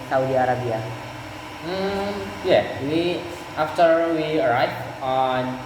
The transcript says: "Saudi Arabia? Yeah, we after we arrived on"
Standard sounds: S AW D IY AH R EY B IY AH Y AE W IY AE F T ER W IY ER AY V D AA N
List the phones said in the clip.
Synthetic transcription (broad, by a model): S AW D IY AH R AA B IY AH Y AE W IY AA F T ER W IY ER AY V AA N